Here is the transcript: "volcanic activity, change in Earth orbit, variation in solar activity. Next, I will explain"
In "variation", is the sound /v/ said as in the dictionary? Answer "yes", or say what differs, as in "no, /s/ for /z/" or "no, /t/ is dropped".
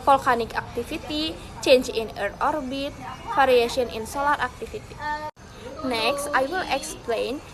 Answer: no, /f/ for /v/